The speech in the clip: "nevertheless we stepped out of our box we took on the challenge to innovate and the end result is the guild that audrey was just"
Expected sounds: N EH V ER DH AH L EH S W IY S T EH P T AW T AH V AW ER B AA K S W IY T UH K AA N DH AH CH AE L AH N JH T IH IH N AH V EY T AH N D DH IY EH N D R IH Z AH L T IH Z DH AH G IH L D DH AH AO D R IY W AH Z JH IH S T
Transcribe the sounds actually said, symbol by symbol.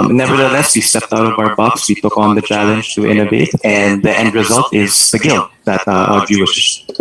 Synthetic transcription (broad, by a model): N EH V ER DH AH L EH S W IY S T EH P T AW T AH V AW ER B AA K S W IY T UH K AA N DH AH CH AE L AH N JH T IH IH N AH V EY T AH N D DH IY EH N D R IH Z AH L T IH Z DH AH G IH L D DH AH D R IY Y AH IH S